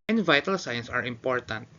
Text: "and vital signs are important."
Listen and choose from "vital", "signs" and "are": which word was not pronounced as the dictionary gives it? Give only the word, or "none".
signs